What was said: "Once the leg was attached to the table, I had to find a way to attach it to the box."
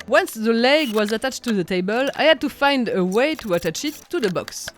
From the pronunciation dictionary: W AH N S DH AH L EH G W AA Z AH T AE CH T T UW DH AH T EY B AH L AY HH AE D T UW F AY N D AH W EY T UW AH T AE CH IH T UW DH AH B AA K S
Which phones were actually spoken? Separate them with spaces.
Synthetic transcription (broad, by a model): W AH N S DH AH L EH G W AA Z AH T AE CH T T UW DH AH T EY B AH L AY HH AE D T UW F AY N D AH W EY T UW AH T AE CH IH T UW DH AH B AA K S